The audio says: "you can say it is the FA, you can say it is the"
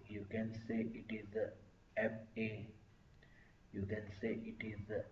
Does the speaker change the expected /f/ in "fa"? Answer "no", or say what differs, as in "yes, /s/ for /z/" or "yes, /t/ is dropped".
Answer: yes, /p/ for /f/